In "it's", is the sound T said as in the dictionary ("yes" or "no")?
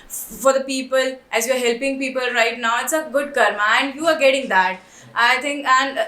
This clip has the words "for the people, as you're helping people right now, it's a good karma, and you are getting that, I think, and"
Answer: yes